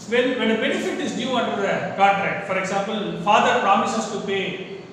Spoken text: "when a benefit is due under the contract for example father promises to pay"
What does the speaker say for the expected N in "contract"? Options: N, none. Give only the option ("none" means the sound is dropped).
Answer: none